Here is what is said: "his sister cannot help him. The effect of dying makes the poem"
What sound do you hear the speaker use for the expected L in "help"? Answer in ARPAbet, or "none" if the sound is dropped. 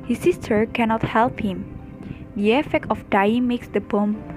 L